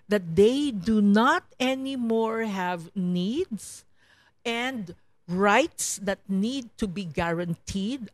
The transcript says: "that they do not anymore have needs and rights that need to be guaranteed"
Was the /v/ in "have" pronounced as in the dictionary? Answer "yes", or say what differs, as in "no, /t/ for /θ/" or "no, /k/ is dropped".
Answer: yes